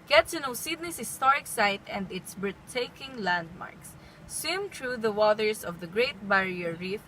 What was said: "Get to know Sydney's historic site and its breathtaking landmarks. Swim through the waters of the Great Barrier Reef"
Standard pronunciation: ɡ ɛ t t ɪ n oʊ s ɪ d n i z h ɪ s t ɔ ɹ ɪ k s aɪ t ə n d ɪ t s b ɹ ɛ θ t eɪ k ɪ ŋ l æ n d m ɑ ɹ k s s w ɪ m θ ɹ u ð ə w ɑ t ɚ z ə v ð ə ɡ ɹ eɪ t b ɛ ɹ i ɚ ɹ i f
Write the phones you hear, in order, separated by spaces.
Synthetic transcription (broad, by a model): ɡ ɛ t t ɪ n oʊ s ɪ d n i s h ɪ s t ɔ ɹ ɪ k s aɪ t ə n d ɪ t s b ɛ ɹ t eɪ k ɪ ŋ l æ n d m ɑ ɹ k s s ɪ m t ɹ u ð ə w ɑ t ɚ s ə v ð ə ɡ ɹ eɪ t b ɛ ɹ i ɚ ɹ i f